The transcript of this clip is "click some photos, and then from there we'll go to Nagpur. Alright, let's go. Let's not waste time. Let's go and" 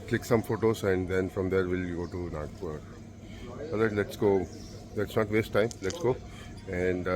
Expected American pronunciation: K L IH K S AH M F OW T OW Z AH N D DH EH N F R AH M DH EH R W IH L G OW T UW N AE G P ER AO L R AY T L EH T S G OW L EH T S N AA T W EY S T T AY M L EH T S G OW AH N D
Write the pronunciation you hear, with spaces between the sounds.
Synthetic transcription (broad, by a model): K L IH K S AH M F OW T OW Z AH N D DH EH N F R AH M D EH R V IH L G OW T UW N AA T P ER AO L AY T L EH T S G OW L EH T S N AA T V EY S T T AY M L EH T S G OW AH N D